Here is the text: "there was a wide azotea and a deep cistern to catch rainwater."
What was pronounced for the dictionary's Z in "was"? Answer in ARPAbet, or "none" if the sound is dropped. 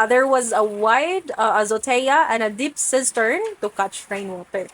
Z